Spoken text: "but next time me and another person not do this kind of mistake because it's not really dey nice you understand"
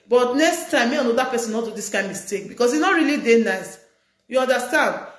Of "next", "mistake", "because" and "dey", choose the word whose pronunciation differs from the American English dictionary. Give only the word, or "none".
because